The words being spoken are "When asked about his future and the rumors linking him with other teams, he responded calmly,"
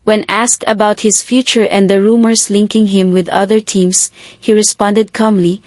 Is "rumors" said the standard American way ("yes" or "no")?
no